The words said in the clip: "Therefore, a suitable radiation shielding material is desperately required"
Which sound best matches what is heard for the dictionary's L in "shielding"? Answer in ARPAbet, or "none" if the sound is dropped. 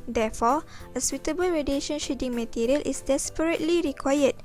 none